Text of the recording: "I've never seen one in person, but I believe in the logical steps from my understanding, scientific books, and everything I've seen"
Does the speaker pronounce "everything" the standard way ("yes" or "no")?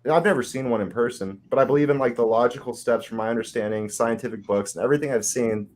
yes